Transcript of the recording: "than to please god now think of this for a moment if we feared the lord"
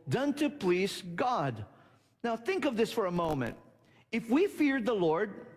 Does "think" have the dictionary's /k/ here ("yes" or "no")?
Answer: yes